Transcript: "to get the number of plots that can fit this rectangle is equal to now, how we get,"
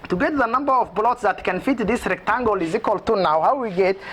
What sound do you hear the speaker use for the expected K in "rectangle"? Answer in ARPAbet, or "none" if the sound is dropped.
K